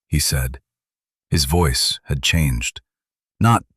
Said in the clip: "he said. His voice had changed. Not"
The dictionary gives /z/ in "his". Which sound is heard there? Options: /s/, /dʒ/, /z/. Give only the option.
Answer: /z/